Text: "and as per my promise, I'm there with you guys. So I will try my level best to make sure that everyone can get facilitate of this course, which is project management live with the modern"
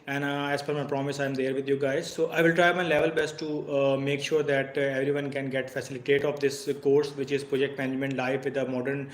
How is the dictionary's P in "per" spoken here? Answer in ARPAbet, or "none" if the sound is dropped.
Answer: F